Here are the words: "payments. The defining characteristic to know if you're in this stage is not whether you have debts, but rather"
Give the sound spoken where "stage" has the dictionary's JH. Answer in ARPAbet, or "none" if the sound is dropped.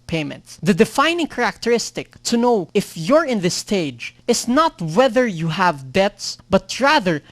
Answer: JH